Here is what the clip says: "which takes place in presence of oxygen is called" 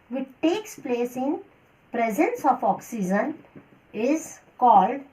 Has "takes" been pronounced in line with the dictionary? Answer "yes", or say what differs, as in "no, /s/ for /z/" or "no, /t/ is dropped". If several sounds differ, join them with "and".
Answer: yes